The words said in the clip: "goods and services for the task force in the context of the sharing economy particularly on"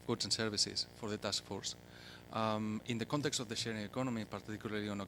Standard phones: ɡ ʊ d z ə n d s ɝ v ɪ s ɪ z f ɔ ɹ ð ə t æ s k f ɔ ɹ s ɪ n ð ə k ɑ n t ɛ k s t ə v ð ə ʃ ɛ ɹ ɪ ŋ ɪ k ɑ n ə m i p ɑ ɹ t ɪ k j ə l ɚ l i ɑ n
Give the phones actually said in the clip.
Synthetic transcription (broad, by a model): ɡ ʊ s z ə n s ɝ b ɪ s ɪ s f ɔ ɹ ð ə t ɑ s k f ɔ ɹ s ɪ n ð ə k ɑ n t ɛ k s t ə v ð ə ʃ ɛ ɹ ɪ ŋ ɪ k ɑ n ə m i p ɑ ɹ t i k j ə l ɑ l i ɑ n